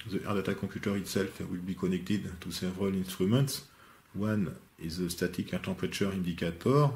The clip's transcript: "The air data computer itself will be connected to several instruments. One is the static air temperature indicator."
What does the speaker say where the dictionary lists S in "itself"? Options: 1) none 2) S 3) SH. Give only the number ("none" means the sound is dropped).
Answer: 2